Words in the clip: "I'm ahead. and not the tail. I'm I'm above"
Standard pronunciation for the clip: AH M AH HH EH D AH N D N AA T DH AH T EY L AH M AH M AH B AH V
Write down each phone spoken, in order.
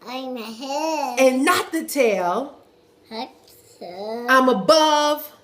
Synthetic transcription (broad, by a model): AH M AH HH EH AH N N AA T DH AH T EY L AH AH M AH B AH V